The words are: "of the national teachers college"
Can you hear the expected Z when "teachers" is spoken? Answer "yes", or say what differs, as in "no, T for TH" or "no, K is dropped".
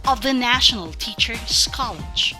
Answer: no, S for Z